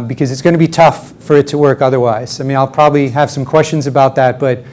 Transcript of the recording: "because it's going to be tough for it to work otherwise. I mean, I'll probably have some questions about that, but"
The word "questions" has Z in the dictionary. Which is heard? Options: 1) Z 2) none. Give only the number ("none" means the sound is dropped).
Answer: 1